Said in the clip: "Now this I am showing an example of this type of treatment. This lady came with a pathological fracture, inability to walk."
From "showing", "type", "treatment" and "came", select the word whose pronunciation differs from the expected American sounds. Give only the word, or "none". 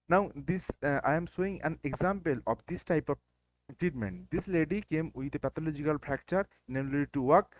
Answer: showing